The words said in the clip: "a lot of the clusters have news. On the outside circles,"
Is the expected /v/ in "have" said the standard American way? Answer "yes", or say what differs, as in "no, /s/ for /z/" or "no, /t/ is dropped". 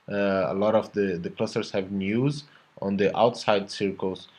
yes